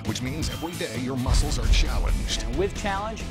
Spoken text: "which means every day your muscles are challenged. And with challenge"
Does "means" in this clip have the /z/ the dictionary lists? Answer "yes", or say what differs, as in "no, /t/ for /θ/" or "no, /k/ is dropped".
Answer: yes